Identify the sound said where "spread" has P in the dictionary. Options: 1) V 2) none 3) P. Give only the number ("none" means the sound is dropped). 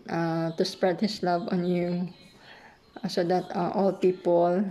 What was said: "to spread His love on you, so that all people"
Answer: 3